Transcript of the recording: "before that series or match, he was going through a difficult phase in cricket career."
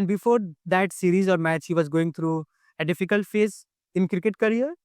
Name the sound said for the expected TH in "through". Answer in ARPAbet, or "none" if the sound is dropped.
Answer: T